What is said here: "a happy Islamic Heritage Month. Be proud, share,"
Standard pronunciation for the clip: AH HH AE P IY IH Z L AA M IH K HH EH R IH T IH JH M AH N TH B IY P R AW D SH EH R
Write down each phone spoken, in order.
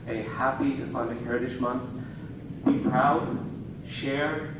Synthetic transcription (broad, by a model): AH HH AE P IY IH S L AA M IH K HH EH R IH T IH SH M AH N TH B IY P R AW D SH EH R